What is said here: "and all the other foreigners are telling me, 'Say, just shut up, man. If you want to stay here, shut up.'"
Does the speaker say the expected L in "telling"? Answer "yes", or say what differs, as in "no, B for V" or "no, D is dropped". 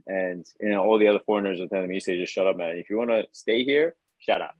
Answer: no, L is dropped